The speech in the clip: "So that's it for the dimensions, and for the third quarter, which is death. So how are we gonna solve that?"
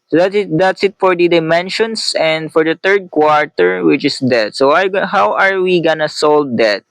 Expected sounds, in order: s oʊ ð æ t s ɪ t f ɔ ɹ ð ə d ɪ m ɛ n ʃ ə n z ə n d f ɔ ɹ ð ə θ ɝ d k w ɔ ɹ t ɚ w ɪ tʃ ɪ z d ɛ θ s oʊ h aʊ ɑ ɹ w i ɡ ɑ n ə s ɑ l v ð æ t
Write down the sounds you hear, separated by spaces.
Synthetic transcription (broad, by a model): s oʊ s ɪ t s ɪ t f ɔ ɹ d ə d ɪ m ɛ n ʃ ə n s ə n d f ɔ ɹ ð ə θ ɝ d k w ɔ ɹ t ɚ w ɪ tʃ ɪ s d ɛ t s oʊ h aʊ ɑ ɹ w i ɡ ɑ n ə s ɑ l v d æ t